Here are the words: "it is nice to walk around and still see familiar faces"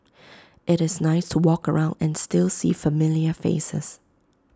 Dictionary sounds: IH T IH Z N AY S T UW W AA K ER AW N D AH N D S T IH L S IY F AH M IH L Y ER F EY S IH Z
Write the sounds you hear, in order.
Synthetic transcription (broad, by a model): IH T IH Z N AY S T UW W AA K ER AW N D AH N S T IH L S IY F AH M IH L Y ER F EY S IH S